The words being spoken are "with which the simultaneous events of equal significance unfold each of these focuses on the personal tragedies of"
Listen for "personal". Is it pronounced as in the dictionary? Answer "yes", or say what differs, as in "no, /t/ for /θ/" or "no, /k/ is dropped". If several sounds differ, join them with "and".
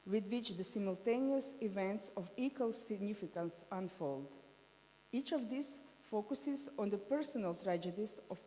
yes